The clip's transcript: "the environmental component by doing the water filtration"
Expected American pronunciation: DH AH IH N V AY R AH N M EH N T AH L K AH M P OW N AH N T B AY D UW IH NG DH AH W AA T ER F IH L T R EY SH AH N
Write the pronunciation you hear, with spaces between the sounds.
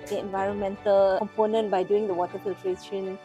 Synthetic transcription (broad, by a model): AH IH N V AY R AH N M EH N T AH L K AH M P OW N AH N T B AY D UW IH NG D AH W AA T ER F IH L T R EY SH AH N